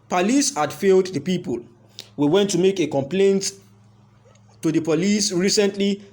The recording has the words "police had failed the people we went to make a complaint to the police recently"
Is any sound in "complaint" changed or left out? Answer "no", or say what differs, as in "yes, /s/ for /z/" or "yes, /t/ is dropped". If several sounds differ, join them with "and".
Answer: no